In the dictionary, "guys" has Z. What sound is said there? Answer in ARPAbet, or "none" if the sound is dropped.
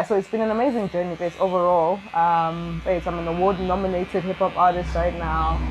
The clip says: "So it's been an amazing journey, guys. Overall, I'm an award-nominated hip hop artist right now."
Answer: S